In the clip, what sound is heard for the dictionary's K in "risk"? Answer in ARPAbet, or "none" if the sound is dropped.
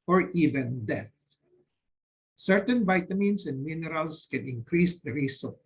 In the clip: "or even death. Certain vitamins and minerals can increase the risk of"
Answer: none